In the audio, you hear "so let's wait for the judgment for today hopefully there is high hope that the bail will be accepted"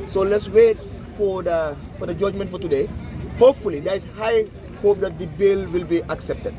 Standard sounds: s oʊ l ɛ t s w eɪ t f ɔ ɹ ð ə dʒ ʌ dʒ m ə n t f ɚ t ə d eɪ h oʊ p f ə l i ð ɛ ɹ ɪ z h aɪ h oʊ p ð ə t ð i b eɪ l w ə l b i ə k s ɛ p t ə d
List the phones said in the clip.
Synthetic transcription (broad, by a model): s oʊ l ɛ t s w eɪ t f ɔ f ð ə dʒ ʌ dʒ m ə n t f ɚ t ə d eɪ h oʊ p f ə l i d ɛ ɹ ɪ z h aɪ h oʊ p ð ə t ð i b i l w ə l b i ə k s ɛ p t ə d